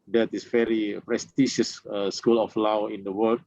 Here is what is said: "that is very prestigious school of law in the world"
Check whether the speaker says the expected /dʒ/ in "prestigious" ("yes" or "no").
no